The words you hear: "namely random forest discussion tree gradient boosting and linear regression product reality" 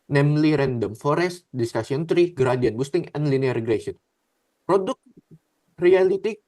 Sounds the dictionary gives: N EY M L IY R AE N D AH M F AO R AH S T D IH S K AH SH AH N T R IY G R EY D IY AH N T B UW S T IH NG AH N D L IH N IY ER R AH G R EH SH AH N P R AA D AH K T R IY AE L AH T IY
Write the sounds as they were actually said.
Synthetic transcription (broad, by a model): N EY M L IY R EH N D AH M F AO R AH S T D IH S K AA S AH N T R IY G R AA D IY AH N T B UW S T IH NG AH N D L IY N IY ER R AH G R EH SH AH N P R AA D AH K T R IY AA L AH T IY